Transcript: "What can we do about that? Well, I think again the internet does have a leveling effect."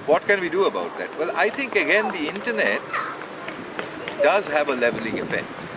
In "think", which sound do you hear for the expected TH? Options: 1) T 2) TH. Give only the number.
1